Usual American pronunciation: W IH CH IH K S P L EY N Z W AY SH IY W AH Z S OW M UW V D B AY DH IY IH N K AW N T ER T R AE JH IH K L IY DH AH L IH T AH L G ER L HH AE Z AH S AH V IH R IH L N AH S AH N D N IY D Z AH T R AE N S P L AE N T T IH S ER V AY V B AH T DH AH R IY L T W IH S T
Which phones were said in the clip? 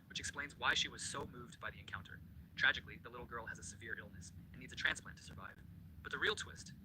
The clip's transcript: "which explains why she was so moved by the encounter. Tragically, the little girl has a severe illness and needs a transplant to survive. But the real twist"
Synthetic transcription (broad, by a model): W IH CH IH K S P L EY N Z W AY SH IY W AH Z S OW M UW V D B AY DH IY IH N K AW N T ER T R AE JH IH K L IY DH AH L IH T L G ER L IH Z AH S AH V IH R IH L N AH S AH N N IY D Z AH T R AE N S P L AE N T T IH S ER V AY V B AH T DH AH R IY L T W IH S T